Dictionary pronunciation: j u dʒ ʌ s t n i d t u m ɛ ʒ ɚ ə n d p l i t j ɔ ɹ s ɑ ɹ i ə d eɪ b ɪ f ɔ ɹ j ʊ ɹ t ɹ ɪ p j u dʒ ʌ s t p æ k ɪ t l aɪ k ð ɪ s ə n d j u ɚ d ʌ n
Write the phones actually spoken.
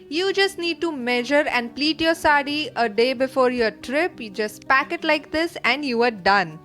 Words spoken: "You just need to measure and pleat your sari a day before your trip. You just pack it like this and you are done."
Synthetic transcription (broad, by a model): j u dʒ ʌ s t n i d t u m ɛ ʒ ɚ ə n d p l i t j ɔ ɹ s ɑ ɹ i ə d eɪ b ɪ f ɔ ɹ j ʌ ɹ t ɹ ɪ p j u dʒ ʌ s t p æ k ɪ t l aɪ k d ɪ s ə n d j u ɚ d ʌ n